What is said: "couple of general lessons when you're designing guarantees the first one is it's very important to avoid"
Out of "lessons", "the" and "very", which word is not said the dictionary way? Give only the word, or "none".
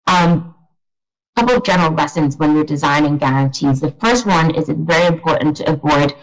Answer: none